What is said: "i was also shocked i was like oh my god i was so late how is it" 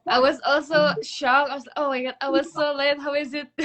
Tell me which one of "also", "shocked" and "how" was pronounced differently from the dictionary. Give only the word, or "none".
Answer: shocked